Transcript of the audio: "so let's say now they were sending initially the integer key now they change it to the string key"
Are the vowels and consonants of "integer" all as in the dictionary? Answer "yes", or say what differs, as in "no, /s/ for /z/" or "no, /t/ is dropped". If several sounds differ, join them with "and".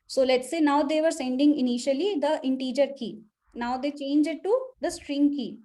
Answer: yes